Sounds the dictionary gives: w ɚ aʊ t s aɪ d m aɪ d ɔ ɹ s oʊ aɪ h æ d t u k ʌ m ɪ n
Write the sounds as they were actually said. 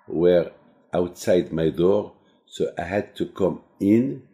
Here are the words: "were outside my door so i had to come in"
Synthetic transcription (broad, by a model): w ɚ aʊ t s aɪ d m aɪ d ɔ ɹ s oʊ aɪ h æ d t u k ʌ m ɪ n